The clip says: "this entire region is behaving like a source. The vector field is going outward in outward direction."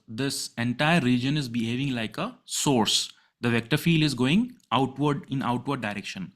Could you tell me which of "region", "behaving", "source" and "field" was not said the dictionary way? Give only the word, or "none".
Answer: region